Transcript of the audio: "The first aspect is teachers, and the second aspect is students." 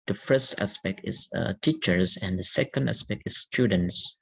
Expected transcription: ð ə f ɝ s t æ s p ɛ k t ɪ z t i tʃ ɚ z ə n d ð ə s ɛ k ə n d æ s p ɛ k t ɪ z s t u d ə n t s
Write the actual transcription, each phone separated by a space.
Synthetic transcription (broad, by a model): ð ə f ɝ s t æ s p ɛ k t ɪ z t i tʃ ɚ z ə n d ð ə s ɛ k ə n d æ s p ɛ k t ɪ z s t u d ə n t s